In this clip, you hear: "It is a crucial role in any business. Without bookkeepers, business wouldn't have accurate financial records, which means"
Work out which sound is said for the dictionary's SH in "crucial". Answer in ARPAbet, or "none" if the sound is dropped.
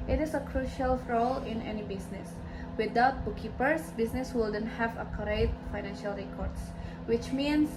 SH